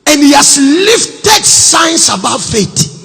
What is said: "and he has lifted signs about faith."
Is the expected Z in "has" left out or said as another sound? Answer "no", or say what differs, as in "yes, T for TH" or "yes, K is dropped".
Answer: yes, S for Z